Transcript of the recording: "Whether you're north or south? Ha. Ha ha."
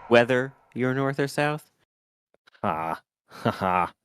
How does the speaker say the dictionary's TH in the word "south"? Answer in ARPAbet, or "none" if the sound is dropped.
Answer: TH